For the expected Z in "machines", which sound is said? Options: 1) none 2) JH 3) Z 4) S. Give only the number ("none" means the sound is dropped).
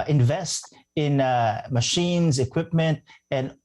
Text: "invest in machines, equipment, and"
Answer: 3